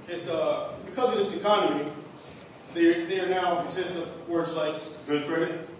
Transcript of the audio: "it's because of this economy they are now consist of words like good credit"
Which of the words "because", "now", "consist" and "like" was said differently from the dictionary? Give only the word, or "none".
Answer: consist